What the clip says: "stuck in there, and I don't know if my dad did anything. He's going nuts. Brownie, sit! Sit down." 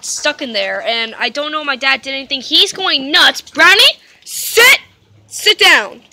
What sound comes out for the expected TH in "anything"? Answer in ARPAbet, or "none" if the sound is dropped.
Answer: TH